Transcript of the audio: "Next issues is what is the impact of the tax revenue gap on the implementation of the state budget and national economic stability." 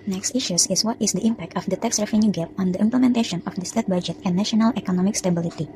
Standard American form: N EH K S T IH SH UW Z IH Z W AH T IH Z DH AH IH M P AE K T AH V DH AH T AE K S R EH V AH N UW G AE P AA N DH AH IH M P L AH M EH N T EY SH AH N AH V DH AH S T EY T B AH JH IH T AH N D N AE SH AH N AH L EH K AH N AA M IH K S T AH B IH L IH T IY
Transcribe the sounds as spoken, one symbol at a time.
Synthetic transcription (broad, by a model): N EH K S T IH SH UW S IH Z W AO T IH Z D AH IH M P AE K T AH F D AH T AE K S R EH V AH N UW G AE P AA N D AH IH M P L AH M EH N T EY SH AH N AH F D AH S T EY T B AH JH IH T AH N N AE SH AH N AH L EH K AH N AA M IH K S T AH B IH L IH T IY